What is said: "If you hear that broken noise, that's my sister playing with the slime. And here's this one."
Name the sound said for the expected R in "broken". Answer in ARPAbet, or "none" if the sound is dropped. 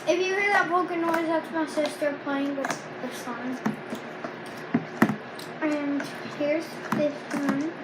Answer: none